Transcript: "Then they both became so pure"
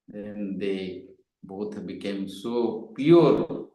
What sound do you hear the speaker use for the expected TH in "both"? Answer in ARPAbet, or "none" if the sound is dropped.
T